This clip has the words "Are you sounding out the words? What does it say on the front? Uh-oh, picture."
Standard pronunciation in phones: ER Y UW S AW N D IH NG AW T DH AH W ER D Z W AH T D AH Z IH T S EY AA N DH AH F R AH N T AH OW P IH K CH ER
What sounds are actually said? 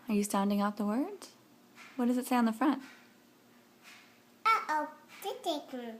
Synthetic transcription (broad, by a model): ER Y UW S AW N D IH NG AW T DH AH W ER D Z W AH T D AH Z IH T S EY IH N DH AH F R AH N T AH OW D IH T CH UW